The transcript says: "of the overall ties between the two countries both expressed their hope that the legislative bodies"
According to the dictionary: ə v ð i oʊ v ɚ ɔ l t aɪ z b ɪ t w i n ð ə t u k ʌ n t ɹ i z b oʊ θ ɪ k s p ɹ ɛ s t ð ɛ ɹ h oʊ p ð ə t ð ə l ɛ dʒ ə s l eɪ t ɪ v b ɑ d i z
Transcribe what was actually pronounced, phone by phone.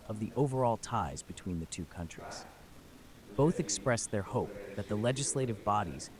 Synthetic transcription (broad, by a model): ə v ð i oʊ v ɚ ɔ l t aɪ z b ɪ t w i n ð ə t u k ʌ n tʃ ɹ i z b oʊ θ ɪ k s p ɹ ɛ s ð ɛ ɹ h oʊ p ð ə t ð ə l ɛ dʒ ə s l eɪ t ɪ v b ɑ d i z